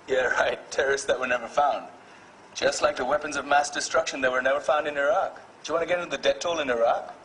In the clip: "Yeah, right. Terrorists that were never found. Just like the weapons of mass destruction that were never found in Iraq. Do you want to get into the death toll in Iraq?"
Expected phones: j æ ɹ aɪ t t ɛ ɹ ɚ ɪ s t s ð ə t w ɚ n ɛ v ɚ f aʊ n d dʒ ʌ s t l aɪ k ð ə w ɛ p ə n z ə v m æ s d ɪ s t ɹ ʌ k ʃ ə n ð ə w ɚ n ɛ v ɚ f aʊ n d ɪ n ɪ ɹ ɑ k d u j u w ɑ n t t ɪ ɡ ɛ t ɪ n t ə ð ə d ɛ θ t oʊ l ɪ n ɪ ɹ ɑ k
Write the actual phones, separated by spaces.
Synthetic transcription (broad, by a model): j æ ɹ aɪ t t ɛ ɹ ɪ s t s ð ə t w ɚ n ɛ v ɚ f aʊ n d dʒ ʌ s t l aɪ k ð ə w ɛ p ə n z ə v m æ s d ɪ s t ɹ ʌ k ʃ ə n ð ə w ɚ n ɛ v ɚ f aʊ n d ɪ n ɪ ɹ ɑ k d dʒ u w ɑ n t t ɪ ɡ ɛ t ɪ n t ə ð ə d ɛ t oʊ l ɪ n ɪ ɹ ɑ k